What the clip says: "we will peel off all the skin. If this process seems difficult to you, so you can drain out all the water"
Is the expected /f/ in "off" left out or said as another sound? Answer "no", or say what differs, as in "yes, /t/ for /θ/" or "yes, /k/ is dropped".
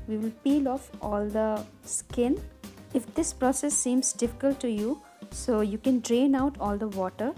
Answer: no